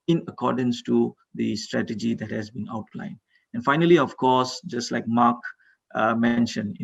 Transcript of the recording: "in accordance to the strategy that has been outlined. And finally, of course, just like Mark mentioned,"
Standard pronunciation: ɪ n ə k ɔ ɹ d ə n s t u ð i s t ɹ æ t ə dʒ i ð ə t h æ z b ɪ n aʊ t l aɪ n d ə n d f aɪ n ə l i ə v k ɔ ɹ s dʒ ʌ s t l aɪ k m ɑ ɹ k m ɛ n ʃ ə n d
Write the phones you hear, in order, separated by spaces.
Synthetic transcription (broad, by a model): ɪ n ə k ɔ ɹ d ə n s t u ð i s t ɹ æ t ə dʒ i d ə t h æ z b ɪ n aʊ t l aɪ n d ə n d f aɪ n ə l i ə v k ɔ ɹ s dʒ ʌ s t l aɪ k m ɑ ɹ k m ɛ n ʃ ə n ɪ